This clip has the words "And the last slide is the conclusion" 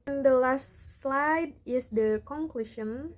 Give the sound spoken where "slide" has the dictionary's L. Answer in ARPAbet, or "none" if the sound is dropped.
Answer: L